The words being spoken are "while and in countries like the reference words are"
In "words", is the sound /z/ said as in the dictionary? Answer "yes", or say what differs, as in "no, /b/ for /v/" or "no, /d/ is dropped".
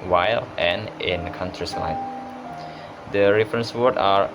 no, /z/ is dropped